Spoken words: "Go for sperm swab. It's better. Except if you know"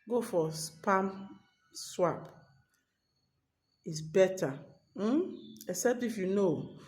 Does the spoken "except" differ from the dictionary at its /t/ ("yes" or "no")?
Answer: no